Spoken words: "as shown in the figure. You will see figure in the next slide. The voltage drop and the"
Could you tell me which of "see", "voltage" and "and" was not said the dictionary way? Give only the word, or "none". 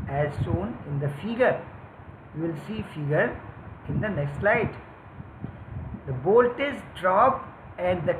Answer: voltage